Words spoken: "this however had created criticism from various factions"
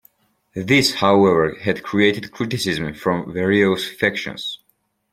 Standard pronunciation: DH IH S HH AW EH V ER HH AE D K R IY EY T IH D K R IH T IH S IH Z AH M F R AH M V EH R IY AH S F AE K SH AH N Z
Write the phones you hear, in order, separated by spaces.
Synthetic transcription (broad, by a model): DH IH S HH AW EH V ER HH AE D K R IY EY T IH D K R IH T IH S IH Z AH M F R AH M V EH R IY AH S F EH K SH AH N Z